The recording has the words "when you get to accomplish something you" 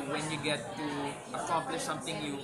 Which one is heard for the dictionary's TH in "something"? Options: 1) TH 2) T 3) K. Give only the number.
2